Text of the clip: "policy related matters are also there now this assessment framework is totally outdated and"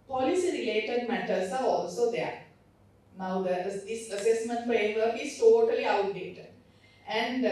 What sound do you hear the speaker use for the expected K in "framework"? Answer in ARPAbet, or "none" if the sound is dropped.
none